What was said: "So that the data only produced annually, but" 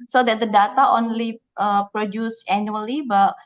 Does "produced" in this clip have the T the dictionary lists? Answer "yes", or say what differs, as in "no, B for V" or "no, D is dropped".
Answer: no, T is dropped